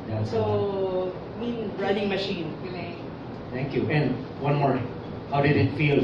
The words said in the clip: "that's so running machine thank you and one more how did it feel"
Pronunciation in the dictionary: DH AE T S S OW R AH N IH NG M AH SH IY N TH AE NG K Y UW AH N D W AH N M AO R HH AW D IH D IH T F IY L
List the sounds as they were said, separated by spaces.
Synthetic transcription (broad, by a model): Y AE S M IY R AH N IH NG M AH SH IY N T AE NG K Y UW AH N D W AH N M AO R HH AW D IH D IH T F IY L